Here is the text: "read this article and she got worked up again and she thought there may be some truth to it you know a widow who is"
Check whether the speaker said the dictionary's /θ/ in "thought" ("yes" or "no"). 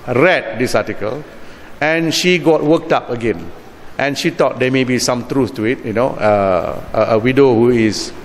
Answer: no